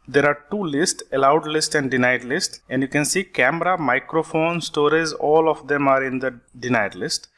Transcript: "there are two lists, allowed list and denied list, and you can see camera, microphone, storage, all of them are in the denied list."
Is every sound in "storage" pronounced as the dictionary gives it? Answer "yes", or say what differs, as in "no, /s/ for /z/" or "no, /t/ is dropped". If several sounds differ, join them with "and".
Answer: no, /z/ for /dʒ/